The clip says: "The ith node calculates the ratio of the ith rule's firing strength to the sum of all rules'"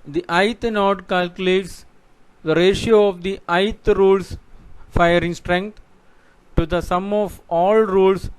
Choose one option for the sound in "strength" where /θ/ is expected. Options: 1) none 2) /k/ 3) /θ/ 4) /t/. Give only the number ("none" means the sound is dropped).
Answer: 4